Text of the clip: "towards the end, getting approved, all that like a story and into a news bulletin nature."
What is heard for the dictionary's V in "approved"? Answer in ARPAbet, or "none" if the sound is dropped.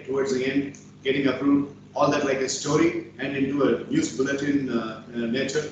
none